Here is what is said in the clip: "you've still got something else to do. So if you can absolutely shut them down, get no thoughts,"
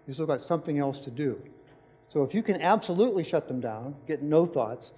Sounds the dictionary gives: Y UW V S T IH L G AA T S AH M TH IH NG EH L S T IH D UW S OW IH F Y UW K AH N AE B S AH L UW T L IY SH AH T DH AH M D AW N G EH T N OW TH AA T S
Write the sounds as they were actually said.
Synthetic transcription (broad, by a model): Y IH S T IH L G AA T S AH M TH IH NG EH L S T IH D UW S OW IH F Y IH K AH N AE B S AH L UW T L IY SH AH T DH AH M D AW N G EH T N OW TH AA T S